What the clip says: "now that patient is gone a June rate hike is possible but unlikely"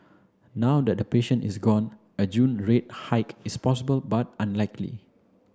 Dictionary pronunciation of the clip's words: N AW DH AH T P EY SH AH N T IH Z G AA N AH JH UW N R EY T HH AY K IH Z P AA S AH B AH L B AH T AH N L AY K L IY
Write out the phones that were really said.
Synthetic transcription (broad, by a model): N AW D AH T P EY SH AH N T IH S G AA N AH JH UW N R EY T HH AY K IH S P AA S AH B AH L B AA T AH N L AY K L IY